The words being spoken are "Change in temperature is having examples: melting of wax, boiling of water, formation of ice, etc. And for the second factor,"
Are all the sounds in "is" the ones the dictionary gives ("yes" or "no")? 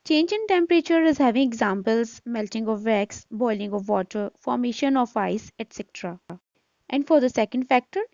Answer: yes